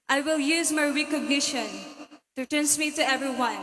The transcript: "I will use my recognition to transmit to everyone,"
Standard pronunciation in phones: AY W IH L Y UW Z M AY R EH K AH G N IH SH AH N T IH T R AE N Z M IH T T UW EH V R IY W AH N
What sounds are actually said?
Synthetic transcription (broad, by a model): AY W IH L Y UW Z M AY R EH K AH G N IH SH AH N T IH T AE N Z M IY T T UW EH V R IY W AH N